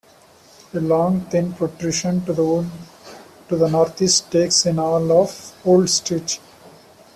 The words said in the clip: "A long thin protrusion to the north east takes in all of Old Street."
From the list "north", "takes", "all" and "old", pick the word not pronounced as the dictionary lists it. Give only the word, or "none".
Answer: north